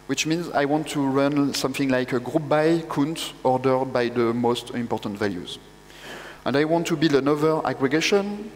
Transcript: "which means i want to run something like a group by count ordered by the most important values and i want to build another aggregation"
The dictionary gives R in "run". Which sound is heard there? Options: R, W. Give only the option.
R